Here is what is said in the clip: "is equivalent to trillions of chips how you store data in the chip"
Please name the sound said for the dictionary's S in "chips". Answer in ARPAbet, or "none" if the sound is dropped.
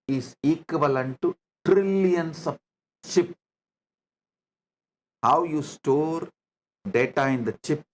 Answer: none